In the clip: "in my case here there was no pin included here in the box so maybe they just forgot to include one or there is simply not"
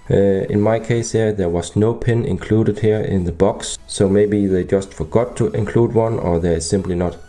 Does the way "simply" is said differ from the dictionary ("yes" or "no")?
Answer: no